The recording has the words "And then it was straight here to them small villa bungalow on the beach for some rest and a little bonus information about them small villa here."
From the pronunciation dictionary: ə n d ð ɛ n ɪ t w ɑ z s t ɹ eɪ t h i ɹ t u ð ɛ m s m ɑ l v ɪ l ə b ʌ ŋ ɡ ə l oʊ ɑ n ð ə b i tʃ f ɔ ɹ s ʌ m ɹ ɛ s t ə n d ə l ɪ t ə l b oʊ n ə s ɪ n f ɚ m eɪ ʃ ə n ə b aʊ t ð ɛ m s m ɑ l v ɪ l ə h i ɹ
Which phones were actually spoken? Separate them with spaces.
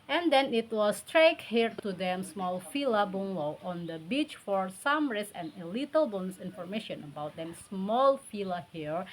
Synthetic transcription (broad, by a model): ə n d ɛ n ɪ t w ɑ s t ɹ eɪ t h i ɹ t u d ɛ m s m ɑ l f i l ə b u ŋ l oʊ ɑ n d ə b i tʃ f ɔ ɹ s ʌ m ɹ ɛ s ə n ə l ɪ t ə l b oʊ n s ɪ n f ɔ m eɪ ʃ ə n ə b aʊ t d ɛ m s m ɑ l f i l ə h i ɹ